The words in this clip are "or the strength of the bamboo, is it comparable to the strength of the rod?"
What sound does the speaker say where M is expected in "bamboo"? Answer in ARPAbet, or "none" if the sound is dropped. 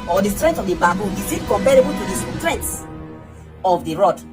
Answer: none